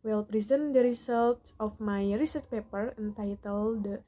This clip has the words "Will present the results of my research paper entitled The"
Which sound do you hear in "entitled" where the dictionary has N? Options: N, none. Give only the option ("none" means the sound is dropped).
N